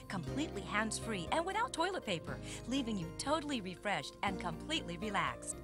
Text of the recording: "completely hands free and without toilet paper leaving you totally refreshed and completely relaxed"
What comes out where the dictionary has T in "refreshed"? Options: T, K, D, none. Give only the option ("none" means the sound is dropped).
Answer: T